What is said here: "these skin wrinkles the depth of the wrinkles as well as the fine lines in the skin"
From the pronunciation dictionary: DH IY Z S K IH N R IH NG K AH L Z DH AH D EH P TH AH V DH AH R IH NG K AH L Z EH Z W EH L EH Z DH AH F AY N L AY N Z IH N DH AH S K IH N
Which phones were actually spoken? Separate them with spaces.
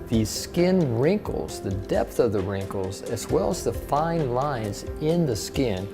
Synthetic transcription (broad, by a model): DH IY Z S K IH N R IH NG K L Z DH AH D EH P TH AH V DH AH R IH NG K L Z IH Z W EH L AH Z DH AH F AY N L AY N Z IH N DH AH S K IH N